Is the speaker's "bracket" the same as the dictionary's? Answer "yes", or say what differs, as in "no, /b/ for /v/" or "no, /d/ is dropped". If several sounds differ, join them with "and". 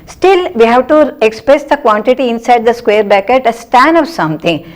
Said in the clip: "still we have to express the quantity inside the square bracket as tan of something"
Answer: no, /ɹ/ is dropped